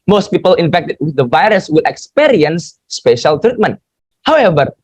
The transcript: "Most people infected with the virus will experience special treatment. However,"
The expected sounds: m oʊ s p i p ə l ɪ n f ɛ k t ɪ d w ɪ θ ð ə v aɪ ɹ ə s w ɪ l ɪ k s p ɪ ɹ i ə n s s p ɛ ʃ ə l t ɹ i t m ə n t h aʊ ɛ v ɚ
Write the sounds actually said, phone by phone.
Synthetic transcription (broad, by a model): m oʊ s p i p ə l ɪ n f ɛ k t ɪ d w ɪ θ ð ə v aɪ ɹ ə s w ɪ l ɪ k s p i ɹ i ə n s s p ɛ ʃ ə l t ɹ i t m ə n t h aʊ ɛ v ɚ